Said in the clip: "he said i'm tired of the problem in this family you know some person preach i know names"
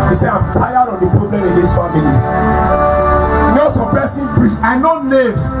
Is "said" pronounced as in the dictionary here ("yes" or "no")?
no